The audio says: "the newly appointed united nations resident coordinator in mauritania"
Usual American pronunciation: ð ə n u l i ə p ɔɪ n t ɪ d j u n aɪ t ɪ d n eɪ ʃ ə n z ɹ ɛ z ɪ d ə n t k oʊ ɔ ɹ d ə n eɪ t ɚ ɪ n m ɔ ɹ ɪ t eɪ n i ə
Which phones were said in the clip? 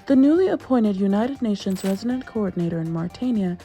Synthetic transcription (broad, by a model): ð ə n u l i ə p ɔɪ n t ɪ d j u n aɪ t ɪ d n eɪ ʃ ə n z ɹ ɛ z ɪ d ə n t k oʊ ɔ ɹ d n eɪ t ɚ ɪ n m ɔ ɹ t eɪ n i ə